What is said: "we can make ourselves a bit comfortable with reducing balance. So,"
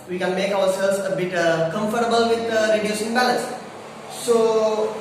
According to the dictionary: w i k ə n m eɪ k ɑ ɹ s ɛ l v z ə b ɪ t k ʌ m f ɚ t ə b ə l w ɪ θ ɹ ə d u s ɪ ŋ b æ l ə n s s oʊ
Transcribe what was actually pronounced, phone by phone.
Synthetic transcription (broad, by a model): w i k ə n m eɪ k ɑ w s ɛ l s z ə b ɪ t k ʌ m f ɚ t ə b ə l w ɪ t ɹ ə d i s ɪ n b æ l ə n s s oʊ